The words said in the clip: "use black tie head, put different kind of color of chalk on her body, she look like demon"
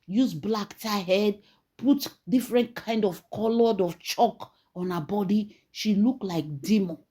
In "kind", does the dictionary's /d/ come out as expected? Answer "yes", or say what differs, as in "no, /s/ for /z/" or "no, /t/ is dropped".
yes